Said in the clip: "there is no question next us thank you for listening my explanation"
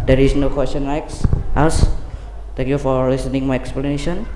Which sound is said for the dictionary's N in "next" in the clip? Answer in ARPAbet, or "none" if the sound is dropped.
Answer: L